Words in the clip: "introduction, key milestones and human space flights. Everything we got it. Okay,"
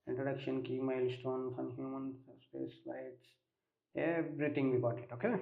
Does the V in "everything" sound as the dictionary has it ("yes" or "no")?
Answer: no